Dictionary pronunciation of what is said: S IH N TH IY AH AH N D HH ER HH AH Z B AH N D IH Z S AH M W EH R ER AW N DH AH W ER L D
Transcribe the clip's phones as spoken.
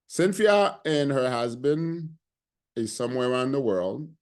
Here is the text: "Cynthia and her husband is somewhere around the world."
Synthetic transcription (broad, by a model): S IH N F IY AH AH N HH ER HH AH Z B AH N D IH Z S AH M W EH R ER AW N DH AH W ER L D